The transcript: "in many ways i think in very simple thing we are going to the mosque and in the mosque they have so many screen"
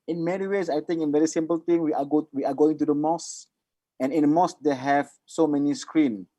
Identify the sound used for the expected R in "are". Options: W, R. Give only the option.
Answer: W